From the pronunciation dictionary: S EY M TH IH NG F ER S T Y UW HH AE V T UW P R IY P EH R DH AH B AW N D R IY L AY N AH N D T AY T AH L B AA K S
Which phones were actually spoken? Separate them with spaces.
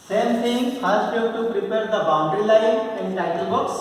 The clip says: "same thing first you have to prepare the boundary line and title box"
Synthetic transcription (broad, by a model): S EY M S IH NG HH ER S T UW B T UW P R IY P EH R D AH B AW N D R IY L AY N AH N D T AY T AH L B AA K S